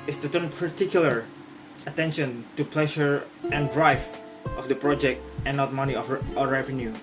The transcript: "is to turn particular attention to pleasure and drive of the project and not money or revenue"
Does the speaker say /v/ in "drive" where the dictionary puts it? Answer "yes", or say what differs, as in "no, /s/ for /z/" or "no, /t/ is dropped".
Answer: no, /f/ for /v/